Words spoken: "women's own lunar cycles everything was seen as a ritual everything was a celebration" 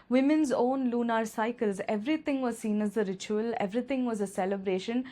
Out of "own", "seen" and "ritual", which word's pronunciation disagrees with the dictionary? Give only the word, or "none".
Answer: none